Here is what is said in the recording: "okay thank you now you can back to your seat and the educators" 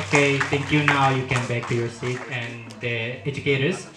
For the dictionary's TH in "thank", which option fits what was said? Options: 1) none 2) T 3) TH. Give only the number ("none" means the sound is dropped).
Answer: 2